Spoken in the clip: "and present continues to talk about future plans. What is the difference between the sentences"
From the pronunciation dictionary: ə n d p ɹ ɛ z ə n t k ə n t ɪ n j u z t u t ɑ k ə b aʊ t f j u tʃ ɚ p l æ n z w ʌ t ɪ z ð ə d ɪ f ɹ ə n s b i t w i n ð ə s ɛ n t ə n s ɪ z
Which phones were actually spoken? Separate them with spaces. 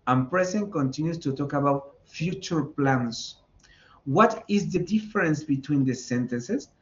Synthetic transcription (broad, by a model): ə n p ɹ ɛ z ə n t k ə n t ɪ n j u s t u t ɑ k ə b aʊ t f j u tʃ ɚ p l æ n s w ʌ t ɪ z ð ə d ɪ f ɹ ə n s b i t w i n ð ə s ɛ n t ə n s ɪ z